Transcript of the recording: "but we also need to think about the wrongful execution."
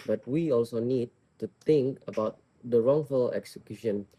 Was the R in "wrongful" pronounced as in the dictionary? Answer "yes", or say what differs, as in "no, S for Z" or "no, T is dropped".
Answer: yes